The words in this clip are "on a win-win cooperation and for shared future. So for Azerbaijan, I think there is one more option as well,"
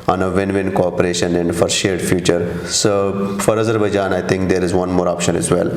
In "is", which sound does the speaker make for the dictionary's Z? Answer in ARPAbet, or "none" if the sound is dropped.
Z